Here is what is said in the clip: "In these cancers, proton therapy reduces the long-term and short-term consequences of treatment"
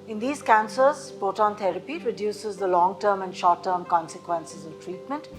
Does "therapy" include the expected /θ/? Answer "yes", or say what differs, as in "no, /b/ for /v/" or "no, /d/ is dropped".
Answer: no, /t/ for /θ/